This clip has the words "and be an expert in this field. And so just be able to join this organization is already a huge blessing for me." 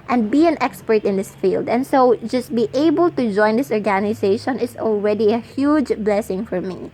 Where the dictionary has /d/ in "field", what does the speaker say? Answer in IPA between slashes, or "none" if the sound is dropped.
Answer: /d/